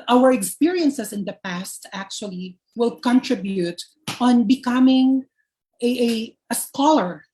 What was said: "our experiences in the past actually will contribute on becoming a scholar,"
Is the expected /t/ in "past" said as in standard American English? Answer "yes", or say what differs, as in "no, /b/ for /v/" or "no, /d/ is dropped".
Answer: yes